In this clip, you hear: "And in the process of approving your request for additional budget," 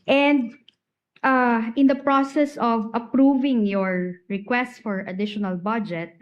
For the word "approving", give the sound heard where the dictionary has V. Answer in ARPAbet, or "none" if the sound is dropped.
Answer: V